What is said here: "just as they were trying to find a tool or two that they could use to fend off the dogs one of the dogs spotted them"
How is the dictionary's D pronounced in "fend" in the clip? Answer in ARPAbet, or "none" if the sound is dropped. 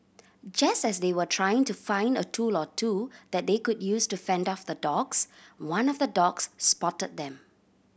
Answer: D